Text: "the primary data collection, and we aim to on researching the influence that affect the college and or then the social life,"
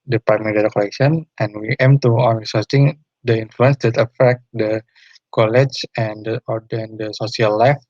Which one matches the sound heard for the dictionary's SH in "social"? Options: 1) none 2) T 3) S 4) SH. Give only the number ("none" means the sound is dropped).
3